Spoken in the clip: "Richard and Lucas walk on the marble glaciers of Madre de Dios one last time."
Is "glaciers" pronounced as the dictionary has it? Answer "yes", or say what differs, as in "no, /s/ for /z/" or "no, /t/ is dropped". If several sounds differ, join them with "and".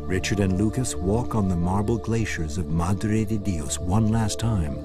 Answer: yes